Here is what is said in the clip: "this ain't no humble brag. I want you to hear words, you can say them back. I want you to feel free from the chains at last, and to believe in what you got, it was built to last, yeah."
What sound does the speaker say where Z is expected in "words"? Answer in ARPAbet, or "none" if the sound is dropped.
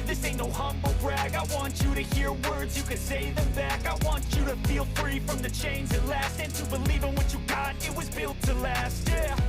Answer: Z